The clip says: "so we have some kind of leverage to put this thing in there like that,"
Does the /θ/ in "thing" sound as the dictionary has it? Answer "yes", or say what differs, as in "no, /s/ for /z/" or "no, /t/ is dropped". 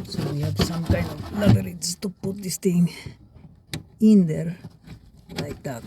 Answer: no, /t/ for /θ/